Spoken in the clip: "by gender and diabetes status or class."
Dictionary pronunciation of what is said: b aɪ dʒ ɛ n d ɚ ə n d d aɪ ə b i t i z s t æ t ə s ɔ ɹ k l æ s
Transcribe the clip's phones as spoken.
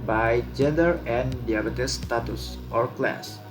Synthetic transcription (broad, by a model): b aɪ dʒ ɛ n d ɚ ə n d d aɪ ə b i t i s t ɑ t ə s ɔ ɹ k l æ s